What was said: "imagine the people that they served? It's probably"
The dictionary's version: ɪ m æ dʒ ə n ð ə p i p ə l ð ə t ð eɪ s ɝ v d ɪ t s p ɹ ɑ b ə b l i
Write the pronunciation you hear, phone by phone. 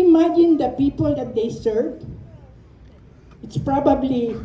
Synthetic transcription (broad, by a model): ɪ m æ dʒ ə n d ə p i p ə l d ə t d eɪ s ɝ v ɪ t s p ɹ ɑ b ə b l i